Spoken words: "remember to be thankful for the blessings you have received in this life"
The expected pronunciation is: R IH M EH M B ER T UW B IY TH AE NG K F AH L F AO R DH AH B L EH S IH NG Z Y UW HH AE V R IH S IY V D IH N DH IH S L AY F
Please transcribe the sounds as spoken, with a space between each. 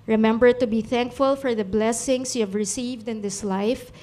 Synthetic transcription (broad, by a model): R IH M EH M B ER T UW B IY TH AE NG K F AH L F AO R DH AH B L EH S IH NG S Y UW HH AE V R IH S IY V D IH N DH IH S L AY F